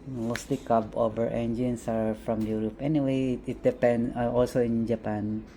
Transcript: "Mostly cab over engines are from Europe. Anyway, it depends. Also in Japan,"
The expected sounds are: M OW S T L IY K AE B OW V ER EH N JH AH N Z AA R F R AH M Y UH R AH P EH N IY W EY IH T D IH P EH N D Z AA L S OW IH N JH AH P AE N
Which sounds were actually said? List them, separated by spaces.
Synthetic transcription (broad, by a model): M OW S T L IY K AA B OW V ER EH N JH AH N S AA R F R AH M Y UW R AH P EH N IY W EY IH T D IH P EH N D AA L S OW IH N JH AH P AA N